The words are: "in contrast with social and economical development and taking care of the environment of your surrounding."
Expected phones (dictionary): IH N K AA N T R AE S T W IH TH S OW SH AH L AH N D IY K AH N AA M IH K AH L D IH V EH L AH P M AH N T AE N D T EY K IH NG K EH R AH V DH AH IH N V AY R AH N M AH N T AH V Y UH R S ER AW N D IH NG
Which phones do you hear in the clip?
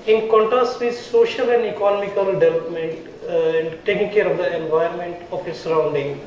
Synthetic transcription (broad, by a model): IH N K AA N T R AE S T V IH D S OW SH AH L AH N D IY K AH N AA M IH K AH L D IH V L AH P M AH N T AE N D T EY K IH NG K EH R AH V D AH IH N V AY AH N M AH N T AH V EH S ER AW N D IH NG